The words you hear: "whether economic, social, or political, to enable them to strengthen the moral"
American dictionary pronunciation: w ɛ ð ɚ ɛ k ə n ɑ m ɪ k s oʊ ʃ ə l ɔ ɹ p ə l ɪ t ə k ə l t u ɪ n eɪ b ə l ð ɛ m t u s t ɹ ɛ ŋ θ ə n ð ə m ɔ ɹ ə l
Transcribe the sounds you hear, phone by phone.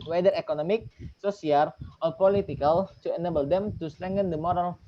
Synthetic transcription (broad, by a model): w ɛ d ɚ ɛ k ə n ɑ m ɪ k s oʊ s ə l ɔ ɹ p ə l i t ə k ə l t u ɪ n eɪ b ə l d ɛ m t u s t ɹ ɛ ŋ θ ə n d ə m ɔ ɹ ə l